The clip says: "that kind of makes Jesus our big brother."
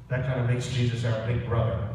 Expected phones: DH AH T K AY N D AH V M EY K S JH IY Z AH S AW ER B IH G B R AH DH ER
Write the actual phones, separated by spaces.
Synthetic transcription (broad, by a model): DH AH T K AY N D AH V M EY K S JH IY Z AH S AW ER B IH G B R AH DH ER